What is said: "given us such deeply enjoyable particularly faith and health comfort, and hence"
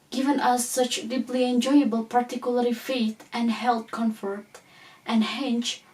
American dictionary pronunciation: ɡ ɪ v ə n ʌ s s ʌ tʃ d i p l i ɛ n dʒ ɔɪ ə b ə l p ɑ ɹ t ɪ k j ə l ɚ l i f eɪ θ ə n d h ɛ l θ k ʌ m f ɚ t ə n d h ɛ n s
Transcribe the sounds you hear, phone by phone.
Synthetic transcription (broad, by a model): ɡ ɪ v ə n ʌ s s ʌ tʃ d i p l i ɛ n dʒ ɔɪ ə b ə l p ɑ ɹ t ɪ k j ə l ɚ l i f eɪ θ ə n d h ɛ l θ k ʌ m f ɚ t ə n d h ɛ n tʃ